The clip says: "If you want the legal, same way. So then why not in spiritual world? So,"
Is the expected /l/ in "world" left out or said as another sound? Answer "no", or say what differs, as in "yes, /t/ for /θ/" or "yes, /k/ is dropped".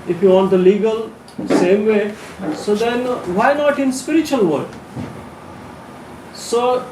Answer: yes, /l/ is dropped